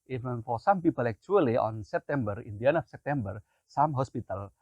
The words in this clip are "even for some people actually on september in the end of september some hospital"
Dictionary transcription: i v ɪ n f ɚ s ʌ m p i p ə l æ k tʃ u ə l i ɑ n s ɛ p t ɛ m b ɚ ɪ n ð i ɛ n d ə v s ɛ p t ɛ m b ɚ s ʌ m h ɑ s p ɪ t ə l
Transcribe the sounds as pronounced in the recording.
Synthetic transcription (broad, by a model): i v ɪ n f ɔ s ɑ m p i p ə l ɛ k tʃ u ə l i ɑ n s ɛ p t ɛ m b ɚ ɪ n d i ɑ n ə f s ɛ p t ɛ m b ɚ s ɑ m h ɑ s p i t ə l